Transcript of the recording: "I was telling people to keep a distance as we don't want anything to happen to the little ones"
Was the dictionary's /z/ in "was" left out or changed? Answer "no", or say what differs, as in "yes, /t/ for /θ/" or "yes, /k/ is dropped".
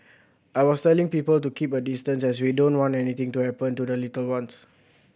yes, /s/ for /z/